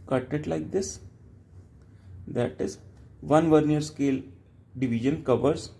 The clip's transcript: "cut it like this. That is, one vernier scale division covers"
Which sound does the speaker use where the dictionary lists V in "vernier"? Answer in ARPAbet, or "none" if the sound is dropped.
V